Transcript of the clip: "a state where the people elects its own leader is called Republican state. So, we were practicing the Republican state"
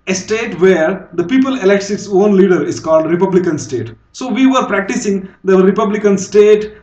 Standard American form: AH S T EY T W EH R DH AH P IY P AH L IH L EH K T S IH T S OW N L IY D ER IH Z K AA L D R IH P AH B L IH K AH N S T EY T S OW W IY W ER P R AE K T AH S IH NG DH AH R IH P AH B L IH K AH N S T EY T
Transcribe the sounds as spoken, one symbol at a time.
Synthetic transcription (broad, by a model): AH S T EY T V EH R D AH P IY P AH L IH L EH K T S IH T S OW N L IY D ER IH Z K AA L D R IH P AH B L IH K AH N S T EY T S OW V IY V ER P R AE K T AH S IH NG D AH R IH P AH B L IH K AH N S T EY T